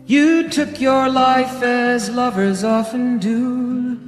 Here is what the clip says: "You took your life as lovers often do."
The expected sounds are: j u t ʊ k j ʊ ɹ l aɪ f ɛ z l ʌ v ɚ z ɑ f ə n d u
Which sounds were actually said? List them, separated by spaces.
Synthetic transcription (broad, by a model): j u t ʊ k j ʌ ɹ l aɪ f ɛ z l ʌ v ɚ z ɑ f ə n d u